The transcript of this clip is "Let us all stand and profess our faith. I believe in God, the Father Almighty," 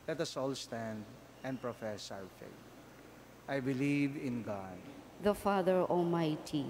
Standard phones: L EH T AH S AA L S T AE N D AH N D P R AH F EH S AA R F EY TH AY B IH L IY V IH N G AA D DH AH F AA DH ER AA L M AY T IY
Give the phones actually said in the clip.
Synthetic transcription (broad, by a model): L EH T AH S AA L S T AE N D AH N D P R AH F EH S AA W F EY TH AY B IH L IY V IH N G AA D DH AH F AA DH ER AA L M AY T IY